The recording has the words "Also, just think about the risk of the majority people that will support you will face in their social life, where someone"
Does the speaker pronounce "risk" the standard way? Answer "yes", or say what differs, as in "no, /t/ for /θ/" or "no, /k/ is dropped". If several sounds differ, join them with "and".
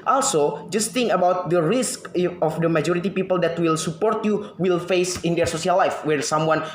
yes